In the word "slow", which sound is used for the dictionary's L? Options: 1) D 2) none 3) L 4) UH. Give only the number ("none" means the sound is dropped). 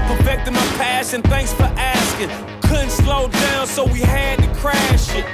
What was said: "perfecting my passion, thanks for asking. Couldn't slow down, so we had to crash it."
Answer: 3